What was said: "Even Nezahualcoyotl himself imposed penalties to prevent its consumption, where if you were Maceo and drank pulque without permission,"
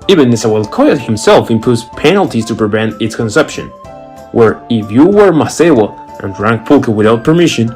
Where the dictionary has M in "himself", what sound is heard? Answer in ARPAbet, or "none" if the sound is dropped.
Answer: M